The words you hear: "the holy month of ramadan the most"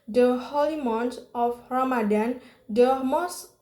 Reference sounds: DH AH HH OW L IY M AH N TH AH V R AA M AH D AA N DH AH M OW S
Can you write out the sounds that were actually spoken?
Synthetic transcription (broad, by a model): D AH HH OW L IY M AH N T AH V R AA M AH D AA N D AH M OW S